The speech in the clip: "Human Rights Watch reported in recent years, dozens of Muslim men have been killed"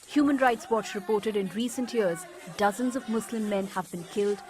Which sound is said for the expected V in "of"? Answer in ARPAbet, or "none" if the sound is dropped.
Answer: V